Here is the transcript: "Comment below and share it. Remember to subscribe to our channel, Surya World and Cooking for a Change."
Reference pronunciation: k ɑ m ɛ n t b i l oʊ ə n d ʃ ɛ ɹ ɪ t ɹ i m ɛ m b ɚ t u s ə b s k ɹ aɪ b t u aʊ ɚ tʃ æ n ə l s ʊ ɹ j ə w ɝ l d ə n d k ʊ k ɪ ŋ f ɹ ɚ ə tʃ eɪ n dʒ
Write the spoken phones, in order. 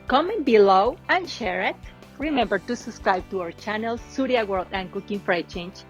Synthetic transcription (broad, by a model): k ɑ m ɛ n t b i l oʊ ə n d ʃ ɛ ɹ ɪ t ɹ i m ɛ m b ɚ t u s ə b s k ɹ aɪ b t u aʊ ɚ tʃ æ n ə l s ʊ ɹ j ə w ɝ l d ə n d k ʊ k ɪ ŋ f ɹ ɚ ə tʃ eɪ n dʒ